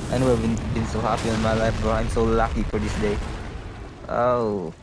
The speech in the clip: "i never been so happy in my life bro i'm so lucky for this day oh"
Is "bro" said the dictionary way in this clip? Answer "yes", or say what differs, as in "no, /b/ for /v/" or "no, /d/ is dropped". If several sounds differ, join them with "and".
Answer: no, /ɹ/ is dropped